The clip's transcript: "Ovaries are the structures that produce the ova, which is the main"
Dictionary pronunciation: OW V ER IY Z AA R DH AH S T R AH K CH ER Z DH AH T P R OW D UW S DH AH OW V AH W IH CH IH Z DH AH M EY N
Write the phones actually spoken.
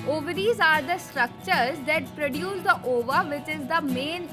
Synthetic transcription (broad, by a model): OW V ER IY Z AA R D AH S T R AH K CH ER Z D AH T P R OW D UW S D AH OW V AH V IH CH IH Z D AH M EY N